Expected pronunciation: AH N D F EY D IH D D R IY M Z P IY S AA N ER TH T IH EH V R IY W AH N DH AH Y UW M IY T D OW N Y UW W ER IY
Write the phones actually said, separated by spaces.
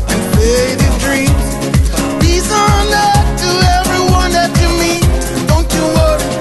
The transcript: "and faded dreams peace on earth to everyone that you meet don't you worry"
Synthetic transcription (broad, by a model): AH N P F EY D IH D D R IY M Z B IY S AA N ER T IH EH V R IY W AH N DH AH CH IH M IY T D OW N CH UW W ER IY